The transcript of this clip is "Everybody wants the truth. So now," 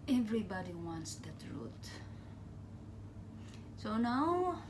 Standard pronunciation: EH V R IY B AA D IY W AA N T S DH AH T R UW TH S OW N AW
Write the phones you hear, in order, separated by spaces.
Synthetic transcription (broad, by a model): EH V R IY B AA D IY W AA N T S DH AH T R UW T S OW N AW